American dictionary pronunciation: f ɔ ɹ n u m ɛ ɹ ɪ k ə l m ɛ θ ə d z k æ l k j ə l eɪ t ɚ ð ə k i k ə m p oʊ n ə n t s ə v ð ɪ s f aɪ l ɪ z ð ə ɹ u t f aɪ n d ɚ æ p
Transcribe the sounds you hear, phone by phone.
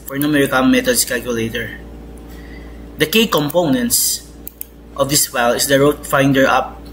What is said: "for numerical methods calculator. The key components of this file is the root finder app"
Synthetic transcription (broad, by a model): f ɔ ɹ n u m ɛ ɹ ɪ k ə n m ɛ t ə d s k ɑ l k j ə l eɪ t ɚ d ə k i k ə m p oʊ n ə n t s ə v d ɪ s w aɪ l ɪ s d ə ɹ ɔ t f aɪ n d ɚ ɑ p